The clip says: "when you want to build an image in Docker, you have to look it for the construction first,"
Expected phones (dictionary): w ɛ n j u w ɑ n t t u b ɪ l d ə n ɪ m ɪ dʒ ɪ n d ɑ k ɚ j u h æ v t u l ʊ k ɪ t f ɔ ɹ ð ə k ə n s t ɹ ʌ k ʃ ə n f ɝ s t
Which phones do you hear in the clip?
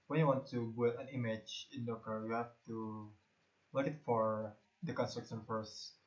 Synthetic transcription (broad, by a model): w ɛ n j u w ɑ n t t u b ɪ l ə n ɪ m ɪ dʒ ɪ n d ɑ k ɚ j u h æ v t u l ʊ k ɪ t f ɔ ɹ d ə k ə n s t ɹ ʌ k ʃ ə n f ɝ s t